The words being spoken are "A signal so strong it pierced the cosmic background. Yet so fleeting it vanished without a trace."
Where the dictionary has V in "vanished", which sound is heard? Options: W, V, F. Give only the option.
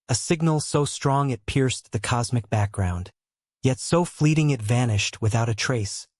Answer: V